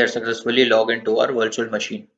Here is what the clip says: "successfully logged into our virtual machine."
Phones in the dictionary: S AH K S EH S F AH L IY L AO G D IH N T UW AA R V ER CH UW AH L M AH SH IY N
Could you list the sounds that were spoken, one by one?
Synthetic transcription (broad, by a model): S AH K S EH S F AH L IY L AO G IH N T UW AA R V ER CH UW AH L M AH SH IY N